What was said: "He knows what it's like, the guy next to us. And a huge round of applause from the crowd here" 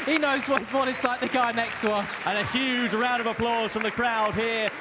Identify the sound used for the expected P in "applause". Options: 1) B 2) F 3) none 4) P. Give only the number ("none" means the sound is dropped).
4